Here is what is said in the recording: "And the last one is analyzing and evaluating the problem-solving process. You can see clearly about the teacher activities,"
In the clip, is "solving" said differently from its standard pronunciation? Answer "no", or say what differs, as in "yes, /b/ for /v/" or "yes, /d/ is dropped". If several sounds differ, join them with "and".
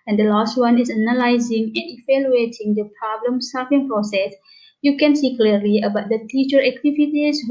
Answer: yes, /l/ is dropped